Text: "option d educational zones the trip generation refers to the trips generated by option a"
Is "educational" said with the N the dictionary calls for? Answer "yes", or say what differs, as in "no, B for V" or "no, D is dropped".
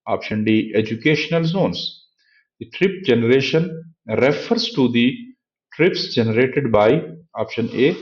yes